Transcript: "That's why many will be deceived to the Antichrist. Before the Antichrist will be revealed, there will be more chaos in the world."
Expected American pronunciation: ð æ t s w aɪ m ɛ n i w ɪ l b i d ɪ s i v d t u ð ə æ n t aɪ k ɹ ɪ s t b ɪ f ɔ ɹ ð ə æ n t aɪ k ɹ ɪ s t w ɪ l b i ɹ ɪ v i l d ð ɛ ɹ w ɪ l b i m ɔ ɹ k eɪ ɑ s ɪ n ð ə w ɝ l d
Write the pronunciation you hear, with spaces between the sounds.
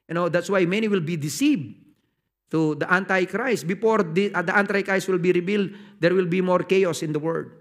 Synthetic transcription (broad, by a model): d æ t s w aɪ m ɛ n i w ɪ l b i d ɪ s i v d t u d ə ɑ n t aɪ k ɹ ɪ s t b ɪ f ɔ ɹ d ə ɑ n t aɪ k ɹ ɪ s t w ɪ l b i ɹ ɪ b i l d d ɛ ɹ w ɪ l b i m ɔ ɹ k eɪ ɑ s ɪ n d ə w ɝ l d